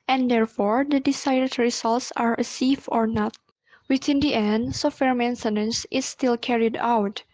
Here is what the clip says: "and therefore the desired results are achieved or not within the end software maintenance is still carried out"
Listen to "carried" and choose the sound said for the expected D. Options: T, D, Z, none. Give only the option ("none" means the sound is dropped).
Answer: D